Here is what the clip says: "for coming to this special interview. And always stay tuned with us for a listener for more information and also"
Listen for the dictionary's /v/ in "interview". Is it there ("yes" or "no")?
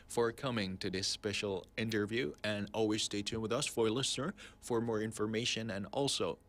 yes